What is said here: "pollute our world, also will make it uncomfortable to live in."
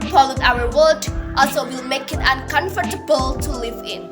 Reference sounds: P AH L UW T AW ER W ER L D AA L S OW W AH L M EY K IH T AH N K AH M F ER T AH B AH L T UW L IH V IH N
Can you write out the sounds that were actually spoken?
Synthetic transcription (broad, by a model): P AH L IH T AW ER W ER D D AA L S OW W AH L M EY K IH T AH N K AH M F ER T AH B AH L T UW L IH V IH N